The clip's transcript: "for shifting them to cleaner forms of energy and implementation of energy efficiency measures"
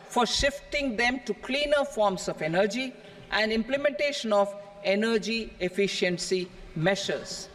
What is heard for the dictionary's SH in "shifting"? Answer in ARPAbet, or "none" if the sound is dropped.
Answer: SH